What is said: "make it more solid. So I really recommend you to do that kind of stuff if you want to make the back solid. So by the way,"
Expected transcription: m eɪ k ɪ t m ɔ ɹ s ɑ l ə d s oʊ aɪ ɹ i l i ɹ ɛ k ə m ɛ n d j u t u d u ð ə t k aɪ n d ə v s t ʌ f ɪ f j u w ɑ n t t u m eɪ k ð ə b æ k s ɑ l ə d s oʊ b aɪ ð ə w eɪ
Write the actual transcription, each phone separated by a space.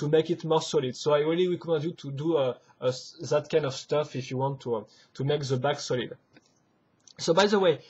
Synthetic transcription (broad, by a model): m eɪ k ɪ t m ɔ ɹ s ɑ l ə d s oʊ aɪ ɹ i l i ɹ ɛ k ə m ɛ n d j u t u d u ð ə t k aɪ n d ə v s t ʌ f ɪ f j u w ɑ n t t u m eɪ k ð ə b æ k s ɑ l ə d s oʊ b aɪ ð ə w eɪ